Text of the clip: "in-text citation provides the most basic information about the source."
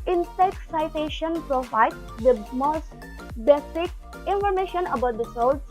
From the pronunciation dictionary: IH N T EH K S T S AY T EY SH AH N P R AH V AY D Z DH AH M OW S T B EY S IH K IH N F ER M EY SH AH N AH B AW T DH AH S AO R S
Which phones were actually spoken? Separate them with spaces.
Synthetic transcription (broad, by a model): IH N S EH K T S AY T EY SH AH N P R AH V AY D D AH M OW S T B EY S IH K IH N F ER M EY SH AH N AH B AW T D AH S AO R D